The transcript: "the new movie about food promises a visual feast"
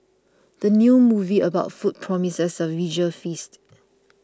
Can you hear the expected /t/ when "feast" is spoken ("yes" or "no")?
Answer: yes